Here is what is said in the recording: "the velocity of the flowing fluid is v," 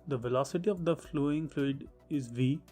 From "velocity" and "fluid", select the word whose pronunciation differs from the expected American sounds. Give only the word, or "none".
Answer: none